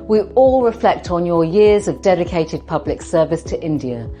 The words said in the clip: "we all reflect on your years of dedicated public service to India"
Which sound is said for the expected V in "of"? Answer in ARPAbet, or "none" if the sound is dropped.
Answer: V